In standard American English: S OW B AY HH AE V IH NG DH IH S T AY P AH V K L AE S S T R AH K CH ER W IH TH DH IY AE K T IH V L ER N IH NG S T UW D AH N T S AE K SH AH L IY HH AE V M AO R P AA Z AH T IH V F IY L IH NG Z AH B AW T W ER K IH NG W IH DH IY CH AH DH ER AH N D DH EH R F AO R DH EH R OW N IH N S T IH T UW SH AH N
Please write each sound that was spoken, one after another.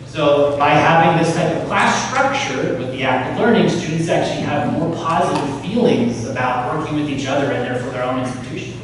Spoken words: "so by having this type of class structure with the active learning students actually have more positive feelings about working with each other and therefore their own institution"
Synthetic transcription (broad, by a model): S OW B AY HH AE V IH NG DH IH S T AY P AH V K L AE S S T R AH K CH ER W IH DH IY AE K T IH V L ER N IH NG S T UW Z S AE K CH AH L IY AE V M AO R P AA Z AH T IH V F IY L IH NG Z AH B AW T W ER K IH NG W IH DH IY CH AH DH ER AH N DH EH R F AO R DH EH R OW N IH N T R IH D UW SH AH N